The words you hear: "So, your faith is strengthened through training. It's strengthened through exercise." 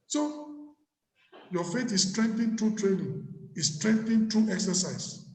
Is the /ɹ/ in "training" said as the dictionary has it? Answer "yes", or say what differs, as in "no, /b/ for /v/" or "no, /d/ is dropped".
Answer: yes